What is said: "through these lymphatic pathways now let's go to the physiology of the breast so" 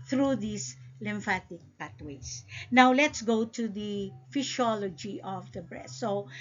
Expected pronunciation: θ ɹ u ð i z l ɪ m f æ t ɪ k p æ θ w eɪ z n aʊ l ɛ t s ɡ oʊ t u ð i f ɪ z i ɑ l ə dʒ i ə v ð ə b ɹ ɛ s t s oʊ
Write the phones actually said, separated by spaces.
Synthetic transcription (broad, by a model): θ ɹ u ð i s l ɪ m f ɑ t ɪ k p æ t w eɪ s n aʊ l ɛ t s ɡ oʊ t u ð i f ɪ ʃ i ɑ l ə dʒ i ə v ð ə b ɹ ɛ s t s oʊ